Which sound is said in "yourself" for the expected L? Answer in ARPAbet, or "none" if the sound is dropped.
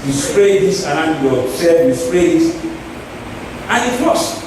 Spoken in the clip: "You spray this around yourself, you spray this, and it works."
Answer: none